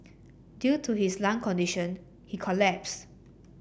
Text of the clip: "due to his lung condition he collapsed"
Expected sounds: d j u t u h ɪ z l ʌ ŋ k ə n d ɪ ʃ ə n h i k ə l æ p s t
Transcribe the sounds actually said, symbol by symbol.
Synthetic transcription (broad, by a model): d j u t u h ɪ s l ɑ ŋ k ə n d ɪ ʃ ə n h i k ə l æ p s